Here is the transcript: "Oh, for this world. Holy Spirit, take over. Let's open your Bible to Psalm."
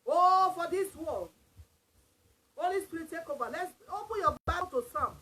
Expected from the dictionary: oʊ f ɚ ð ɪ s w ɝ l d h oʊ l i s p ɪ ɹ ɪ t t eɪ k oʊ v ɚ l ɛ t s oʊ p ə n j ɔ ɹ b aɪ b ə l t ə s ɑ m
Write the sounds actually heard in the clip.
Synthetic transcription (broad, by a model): oʊ f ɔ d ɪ s w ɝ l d h oʊ l i s p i ɹ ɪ t t eɪ k oʊ v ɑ l ɛ t s oʊ p ə n j ɔ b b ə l t ə s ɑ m